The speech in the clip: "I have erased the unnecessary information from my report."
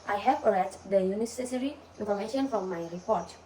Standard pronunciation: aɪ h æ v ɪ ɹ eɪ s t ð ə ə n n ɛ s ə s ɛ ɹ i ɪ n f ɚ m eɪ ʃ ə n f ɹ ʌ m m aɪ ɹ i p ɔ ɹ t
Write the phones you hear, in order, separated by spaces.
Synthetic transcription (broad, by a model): aɪ h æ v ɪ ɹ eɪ t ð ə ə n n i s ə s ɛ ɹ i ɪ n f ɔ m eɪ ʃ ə n f ɹ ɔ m m aɪ ɹ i p ɔ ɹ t